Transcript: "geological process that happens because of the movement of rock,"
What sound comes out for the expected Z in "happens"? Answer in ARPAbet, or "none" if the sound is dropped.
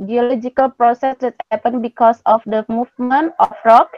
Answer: none